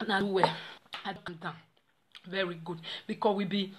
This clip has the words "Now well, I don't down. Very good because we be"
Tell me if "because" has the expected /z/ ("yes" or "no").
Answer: no